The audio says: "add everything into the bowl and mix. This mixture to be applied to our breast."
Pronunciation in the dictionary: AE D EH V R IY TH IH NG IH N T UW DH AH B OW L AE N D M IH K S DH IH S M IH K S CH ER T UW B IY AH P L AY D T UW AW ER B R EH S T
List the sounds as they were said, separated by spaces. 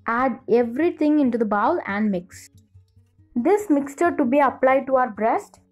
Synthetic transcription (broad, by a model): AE D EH V R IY T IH NG IH N T UW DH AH B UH L AE N D M IH K S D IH S M IH K S CH ER T UW B IY AH P L AY D T UW AW ER B R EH S T